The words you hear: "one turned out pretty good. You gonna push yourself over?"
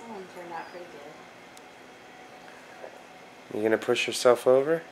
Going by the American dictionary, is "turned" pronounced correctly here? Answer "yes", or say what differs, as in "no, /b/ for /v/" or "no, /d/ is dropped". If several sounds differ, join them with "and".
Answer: no, /d/ is dropped